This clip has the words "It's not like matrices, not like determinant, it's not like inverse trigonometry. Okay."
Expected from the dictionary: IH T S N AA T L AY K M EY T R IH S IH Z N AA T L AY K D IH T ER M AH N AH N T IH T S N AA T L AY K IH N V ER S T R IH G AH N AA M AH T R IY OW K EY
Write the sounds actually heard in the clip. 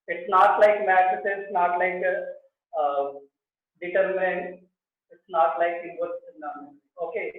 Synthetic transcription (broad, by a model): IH T S N AA T L AY K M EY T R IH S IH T N AA T L AY K D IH T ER M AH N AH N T IH T S N AA T L AY K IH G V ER T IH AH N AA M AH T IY OW K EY